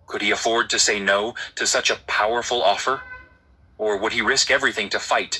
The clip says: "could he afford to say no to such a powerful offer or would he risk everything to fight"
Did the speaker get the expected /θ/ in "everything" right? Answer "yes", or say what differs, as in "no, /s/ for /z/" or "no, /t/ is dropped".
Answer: yes